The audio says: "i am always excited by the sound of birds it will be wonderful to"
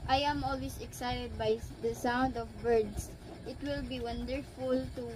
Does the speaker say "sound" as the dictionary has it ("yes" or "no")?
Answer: yes